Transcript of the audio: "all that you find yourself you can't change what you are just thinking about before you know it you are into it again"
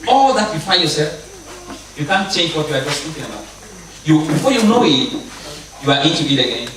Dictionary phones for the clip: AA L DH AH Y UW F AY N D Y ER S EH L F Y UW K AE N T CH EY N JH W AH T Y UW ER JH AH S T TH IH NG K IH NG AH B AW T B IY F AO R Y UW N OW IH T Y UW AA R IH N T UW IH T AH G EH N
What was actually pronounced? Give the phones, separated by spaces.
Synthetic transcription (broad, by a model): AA L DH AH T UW F AY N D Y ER S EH L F Y UW K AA N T CH EY N JH W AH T Y UW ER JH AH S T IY K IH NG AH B AW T B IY F AO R Y UW N OW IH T Y UW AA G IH T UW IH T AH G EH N